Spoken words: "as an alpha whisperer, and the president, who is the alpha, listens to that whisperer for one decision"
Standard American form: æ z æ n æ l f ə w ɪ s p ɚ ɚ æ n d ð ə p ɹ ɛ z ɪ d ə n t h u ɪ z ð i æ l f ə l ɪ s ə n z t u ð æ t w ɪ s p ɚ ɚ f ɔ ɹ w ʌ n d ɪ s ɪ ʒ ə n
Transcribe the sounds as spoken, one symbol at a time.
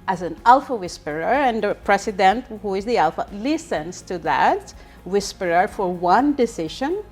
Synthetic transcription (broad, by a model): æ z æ n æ l f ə w ɪ s p ɚ ɚ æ n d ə p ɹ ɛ s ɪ d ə n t h u ɪ z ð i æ l f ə l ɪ s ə n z t u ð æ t w ɪ s p ɚ ɚ f ɔ ɹ w ʌ n d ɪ s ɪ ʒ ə n